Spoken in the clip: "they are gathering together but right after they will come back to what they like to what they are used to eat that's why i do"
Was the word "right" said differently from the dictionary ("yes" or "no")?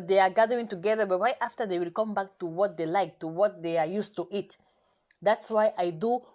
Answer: yes